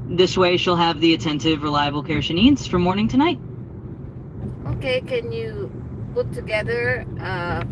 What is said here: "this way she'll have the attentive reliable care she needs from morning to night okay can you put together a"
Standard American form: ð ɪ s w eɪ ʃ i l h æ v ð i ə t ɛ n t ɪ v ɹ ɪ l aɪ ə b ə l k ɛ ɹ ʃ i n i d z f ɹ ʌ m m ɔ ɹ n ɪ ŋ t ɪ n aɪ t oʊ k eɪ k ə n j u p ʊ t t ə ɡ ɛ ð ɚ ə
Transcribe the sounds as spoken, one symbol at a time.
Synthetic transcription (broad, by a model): ð ɪ s w eɪ ʃ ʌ l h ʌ v ð i ə t ɛ n t ɪ v ɹ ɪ l aɪ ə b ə l k ɛ ɹ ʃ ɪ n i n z f ɹ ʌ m m ɔ ɹ n ɪ ŋ t ɪ n aɪ t oʊ k eɪ k ə n j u b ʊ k t ə ɡ ɛ ð ɚ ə